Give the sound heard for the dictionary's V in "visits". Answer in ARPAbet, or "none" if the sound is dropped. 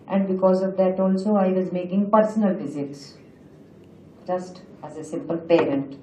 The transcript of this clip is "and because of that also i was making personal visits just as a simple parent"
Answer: F